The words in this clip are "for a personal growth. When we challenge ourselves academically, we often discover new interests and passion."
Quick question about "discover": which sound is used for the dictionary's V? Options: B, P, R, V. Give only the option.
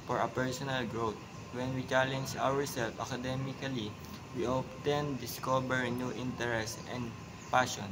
B